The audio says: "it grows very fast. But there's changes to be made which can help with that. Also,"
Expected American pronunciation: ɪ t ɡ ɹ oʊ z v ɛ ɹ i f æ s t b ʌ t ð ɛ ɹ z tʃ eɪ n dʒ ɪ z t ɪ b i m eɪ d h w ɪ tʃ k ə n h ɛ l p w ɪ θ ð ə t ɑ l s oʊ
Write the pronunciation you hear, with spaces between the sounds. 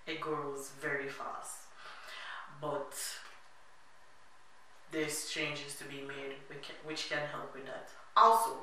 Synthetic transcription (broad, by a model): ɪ t ɡ ɹ oʊ z v ɛ ɹ i f æ s t b ʌ t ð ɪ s tʃ eɪ n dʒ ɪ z t ɪ b i m eɪ d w w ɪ tʃ k ə n h ɛ l p w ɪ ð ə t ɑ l s oʊ